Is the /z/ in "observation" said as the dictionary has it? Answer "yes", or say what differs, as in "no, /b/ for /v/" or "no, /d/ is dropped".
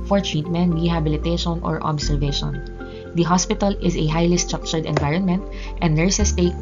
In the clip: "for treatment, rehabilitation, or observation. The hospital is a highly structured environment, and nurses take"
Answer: no, /s/ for /z/